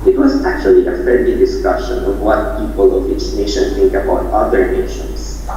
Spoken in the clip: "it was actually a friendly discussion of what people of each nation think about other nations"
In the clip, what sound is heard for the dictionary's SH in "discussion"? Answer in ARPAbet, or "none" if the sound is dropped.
SH